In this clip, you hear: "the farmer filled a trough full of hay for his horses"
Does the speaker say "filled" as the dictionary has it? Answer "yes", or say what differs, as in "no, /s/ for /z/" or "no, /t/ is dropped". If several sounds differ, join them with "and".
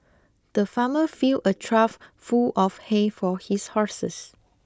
no, /d/ is dropped